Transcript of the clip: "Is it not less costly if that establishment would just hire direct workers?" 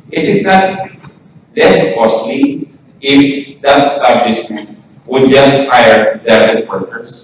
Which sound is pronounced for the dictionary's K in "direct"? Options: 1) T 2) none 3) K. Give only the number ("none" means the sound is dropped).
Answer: 2